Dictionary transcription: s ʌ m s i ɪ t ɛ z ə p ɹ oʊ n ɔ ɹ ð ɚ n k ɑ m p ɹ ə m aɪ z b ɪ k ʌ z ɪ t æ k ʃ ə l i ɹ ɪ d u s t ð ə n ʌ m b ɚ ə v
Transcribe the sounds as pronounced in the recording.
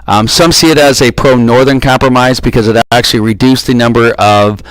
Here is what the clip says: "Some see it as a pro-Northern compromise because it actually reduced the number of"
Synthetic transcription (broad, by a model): s ʌ m s i ɪ t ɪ z ə p ɹ oʊ n ɔ ɹ ð ɚ n k ɑ m p ɹ ə m aɪ z b ɪ k ʌ z ɪ t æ k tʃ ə l i ɹ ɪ d u s ð ə n ʌ m b ɚ ə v